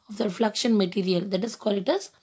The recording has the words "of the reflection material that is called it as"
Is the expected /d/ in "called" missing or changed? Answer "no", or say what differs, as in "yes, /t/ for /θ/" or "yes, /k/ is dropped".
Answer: yes, /d/ is dropped